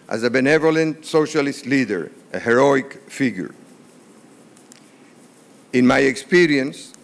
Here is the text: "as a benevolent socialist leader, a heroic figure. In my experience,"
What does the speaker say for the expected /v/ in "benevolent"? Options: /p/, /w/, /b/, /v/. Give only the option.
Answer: /v/